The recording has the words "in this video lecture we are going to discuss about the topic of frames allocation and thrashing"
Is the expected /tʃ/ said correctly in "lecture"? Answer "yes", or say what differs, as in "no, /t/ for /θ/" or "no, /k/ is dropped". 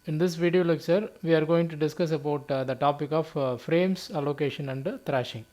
no, /s/ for /tʃ/